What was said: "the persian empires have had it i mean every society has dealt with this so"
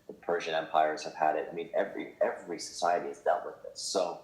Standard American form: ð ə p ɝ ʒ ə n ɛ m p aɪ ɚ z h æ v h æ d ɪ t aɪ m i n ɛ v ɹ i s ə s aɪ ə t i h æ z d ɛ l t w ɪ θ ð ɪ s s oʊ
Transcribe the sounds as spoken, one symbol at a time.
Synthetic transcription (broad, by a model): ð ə p ɝ ʒ ə n ɛ m p aɪ ɚ z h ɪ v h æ d ɪ t aɪ m i n ɛ v ɹ i s ə s aɪ ə t i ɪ z d ɛ l t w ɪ ð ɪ s s oʊ